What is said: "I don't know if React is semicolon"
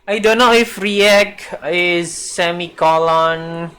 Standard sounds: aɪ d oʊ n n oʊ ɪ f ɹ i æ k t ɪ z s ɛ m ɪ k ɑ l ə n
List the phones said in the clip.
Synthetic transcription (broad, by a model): aɪ d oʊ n n oʊ ɪ f ɹ i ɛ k ɪ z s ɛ m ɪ k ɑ l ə n